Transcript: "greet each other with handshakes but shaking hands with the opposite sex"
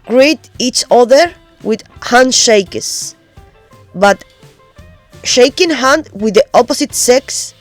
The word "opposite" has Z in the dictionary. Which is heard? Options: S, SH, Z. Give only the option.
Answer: S